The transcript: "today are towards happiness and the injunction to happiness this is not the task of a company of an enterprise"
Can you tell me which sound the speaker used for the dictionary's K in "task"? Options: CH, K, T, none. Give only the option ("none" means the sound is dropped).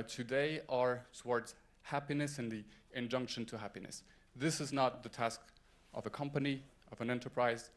K